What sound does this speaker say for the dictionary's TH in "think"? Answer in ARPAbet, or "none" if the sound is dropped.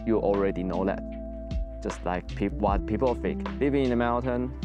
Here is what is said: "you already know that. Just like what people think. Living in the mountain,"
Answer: F